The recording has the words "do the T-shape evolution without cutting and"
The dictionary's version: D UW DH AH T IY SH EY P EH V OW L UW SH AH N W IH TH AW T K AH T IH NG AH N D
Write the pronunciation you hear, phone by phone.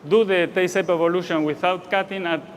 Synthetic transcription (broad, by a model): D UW DH AH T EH S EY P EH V OW L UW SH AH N W IH TH AW T K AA T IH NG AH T